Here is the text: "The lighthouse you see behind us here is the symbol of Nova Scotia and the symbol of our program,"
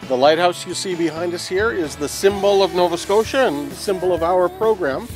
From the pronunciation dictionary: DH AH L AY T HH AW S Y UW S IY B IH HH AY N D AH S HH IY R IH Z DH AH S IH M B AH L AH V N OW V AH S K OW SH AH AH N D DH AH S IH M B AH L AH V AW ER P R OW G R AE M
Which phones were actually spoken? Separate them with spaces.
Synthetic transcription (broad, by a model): DH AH L AY T HH AW S Y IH S IY B IH HH AY N D AH S HH IY R IH Z DH AH S IH M B L AH V N OW V AH S K OW SH AH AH N DH AH S IH M B L AH V AW ER P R OW G R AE M